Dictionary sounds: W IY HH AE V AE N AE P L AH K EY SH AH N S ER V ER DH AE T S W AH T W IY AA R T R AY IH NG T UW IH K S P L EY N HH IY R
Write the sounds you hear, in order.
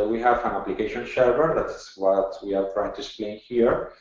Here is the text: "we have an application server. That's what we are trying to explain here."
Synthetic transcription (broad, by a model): W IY HH AE V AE N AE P L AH K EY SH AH N SH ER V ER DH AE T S W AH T W IY AA R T R AY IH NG T UW IH K S P L EY N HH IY R